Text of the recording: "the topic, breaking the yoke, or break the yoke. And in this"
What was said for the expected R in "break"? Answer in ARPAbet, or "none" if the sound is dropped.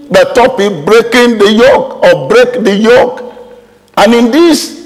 R